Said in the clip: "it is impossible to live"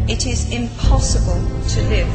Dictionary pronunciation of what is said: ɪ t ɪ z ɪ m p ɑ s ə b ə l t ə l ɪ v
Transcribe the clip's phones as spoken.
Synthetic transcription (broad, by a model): ɪ t ɪ z ɪ m p ɑ s ə b ə l t ə l ɪ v